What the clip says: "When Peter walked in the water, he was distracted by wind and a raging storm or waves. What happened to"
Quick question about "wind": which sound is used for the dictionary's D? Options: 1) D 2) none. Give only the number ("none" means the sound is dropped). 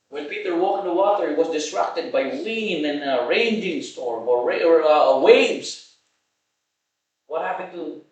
2